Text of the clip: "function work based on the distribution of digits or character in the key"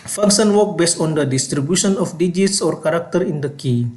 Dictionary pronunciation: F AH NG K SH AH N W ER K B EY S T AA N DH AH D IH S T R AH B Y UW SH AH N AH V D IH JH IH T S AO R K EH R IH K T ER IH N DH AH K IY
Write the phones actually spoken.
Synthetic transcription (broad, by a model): F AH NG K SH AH N W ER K B EY S T AA N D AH D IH S T R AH B Y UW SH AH N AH F D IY JH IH T S AO R K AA R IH K T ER IH N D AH K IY